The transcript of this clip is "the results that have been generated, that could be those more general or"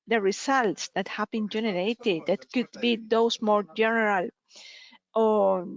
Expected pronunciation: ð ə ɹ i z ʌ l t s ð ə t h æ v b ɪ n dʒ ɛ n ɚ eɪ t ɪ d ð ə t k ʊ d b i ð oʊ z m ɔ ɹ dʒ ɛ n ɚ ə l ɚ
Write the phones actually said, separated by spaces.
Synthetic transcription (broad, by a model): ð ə ɹ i s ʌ l t s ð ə t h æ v b ɪ n dʒ ɛ n ɚ eɪ t ɪ d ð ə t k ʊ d b i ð oʊ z m ɔ ɹ dʒ ɛ n ɚ ə l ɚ